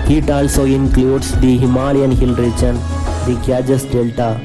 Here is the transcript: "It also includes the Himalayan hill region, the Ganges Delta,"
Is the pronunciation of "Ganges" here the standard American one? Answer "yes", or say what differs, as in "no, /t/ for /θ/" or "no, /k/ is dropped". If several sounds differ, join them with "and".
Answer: no, /n/ is dropped and /s/ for /z/